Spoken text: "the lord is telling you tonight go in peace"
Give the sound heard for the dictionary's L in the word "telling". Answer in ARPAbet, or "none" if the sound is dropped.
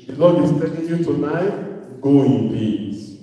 N